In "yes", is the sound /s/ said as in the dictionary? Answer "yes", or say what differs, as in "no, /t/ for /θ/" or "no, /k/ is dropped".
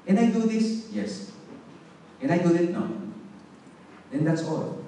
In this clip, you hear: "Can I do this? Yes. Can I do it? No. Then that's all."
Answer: yes